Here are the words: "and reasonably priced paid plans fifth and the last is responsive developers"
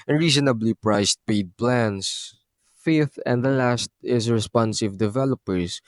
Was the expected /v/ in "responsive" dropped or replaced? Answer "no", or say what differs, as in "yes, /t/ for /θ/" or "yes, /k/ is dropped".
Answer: no